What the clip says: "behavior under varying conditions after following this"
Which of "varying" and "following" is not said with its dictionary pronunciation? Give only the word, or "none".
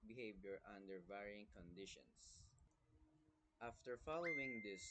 none